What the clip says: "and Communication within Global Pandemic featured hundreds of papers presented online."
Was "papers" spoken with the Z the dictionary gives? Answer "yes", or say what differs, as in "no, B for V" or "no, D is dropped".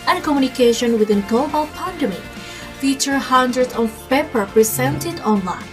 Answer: no, Z is dropped